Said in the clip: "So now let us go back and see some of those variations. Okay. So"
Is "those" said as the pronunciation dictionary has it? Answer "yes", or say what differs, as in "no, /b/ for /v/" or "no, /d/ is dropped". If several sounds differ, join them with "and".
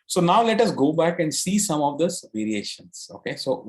no, /z/ is dropped